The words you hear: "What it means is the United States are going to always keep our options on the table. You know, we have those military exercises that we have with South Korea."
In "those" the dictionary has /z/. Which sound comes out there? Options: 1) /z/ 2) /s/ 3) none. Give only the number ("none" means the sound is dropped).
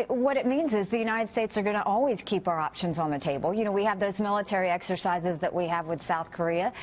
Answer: 1